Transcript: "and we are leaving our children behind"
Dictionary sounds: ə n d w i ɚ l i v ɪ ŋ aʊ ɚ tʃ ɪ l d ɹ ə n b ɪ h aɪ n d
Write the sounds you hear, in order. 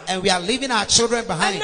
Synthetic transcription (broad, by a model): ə n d w i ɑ l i v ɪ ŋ aʊ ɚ tʃ ɪ l d ɹ ə n b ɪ h aɪ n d